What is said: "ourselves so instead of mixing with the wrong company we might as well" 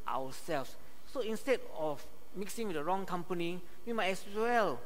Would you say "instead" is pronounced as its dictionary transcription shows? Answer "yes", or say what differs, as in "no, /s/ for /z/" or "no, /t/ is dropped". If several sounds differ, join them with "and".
yes